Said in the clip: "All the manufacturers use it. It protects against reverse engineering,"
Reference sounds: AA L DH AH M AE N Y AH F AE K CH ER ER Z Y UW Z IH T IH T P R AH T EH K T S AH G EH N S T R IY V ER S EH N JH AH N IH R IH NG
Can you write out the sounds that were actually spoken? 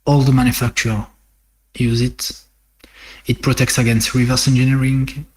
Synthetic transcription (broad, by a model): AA L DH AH M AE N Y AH F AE K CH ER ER Y UW Z IH T IH T P R AH T EH K T S AH G EH N S T R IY V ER S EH N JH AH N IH R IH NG